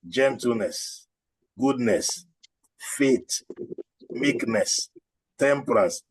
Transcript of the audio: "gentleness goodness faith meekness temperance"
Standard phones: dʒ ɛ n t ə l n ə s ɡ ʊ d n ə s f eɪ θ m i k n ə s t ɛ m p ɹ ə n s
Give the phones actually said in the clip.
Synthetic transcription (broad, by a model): dʒ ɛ n t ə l n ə s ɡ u d n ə s f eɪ t m i k n ə s t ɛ m p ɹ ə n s